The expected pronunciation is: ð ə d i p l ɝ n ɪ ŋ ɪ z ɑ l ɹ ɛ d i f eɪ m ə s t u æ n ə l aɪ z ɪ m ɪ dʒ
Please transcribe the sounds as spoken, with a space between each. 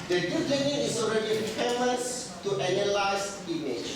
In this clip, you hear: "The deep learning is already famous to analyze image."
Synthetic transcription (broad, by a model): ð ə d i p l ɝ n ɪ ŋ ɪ s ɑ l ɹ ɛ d i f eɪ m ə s t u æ n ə l aɪ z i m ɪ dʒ